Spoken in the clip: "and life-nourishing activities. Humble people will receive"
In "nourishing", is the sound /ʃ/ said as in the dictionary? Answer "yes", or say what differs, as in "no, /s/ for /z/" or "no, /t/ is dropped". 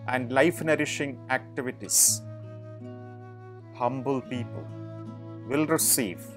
yes